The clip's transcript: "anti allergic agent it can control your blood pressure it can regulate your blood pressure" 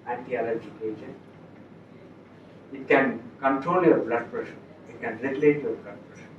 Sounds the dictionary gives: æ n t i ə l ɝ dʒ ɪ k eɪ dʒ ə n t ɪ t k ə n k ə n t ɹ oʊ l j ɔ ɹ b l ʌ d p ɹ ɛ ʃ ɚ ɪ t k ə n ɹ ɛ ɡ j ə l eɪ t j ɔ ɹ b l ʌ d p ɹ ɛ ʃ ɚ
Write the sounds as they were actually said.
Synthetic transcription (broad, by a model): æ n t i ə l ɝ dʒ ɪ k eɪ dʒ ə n ɪ t k ə n k ə n t ɹ oʊ l j ɔ ɹ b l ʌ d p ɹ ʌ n ɪ t k ə n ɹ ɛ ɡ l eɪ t j ɔ ɹ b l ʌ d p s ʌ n